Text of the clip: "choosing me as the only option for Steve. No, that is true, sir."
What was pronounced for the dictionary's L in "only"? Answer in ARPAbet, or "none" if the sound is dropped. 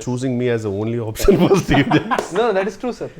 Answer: L